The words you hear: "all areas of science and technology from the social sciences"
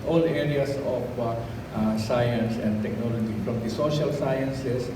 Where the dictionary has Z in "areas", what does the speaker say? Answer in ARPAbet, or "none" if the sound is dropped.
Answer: S